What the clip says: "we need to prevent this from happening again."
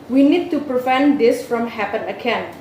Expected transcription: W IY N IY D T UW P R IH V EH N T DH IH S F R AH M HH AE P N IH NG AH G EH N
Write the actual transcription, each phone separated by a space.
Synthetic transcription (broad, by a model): W IY N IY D T UW P R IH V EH N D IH S F R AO M HH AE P IH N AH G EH N